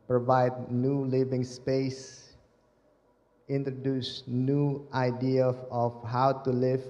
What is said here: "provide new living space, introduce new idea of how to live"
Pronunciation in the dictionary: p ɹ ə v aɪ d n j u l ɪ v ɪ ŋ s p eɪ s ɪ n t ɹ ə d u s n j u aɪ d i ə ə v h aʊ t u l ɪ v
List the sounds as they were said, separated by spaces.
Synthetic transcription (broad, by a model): p ɹ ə v aɪ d n j u l ɪ v ɪ ŋ s p eɪ s ɪ n t ɹ ə d u s n j u aɪ d i ə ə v h aʊ t u l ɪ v